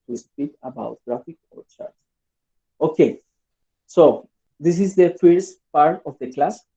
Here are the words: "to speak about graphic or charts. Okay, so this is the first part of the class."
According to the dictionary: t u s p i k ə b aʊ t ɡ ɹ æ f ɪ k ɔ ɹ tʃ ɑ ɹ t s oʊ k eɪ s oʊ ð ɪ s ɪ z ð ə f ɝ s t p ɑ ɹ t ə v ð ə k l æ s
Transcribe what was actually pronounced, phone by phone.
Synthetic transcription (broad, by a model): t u s p i k ə b aʊ t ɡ ɹ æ f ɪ k ɔ ɹ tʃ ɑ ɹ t oʊ k eɪ s oʊ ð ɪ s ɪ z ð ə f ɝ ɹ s p ɑ ɹ t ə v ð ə k l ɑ s